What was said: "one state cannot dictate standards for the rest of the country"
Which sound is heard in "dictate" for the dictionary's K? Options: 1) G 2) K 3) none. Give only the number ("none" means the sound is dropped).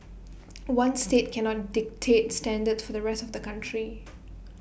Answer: 2